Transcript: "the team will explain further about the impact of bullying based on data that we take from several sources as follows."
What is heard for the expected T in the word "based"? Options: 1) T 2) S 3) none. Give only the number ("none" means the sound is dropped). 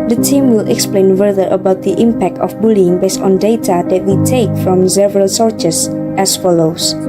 1